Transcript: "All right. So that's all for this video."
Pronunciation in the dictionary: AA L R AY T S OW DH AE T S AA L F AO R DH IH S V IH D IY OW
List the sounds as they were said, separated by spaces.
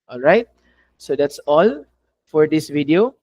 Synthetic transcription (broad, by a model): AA L R AY T S OW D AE T S AA L F AO R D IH S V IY D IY OW